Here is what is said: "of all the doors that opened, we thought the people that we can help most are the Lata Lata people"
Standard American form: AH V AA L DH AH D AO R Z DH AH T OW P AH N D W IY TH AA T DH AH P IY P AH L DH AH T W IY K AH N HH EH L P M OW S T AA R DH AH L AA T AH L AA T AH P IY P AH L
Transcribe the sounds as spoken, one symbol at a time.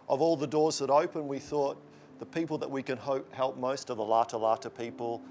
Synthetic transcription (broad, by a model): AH V AA L DH AH D AO R Z DH AH T OW P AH N W IY TH AA T DH AH P IY P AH L DH AH T W IY K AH N HH EH L P M OW S T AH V DH AH L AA T AH L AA T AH P IY P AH L